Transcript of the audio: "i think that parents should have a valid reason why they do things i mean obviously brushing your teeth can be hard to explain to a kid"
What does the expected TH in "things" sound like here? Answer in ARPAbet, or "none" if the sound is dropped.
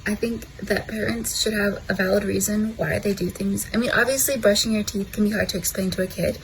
TH